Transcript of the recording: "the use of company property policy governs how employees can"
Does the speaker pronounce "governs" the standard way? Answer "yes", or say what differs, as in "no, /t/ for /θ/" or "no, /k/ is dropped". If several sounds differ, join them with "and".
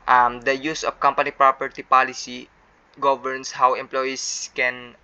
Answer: no, /s/ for /z/